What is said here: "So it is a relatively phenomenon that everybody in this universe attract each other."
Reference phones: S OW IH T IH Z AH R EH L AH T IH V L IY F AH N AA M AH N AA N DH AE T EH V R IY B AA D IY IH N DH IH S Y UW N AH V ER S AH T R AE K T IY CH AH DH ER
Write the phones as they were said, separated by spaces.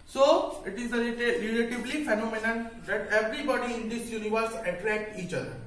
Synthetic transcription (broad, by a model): S OW IH T IH Z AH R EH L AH T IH B L IY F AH N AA M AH N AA N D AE T EH V R IY B AA D IY IH N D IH S Y UW N AH V ER S AH T R AE K T IY CH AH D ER